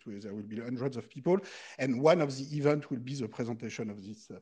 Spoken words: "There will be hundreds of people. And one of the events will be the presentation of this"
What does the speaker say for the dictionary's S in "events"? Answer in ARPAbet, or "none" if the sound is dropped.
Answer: none